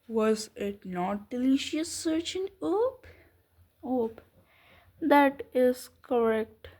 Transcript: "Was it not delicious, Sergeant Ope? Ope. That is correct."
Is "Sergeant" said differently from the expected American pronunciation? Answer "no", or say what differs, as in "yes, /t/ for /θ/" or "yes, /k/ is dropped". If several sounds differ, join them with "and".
yes, /tʃ/ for /dʒ/ and /t/ is dropped